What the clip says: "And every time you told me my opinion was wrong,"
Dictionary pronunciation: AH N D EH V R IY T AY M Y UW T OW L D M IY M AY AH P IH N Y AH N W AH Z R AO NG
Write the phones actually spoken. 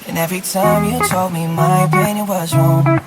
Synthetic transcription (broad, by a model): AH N EH V R IY T AY M Y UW T OW L D M IY M AY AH IH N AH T W AH Z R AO